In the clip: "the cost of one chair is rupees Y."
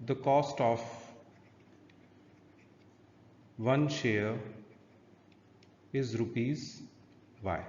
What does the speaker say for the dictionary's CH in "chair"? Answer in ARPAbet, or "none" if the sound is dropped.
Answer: SH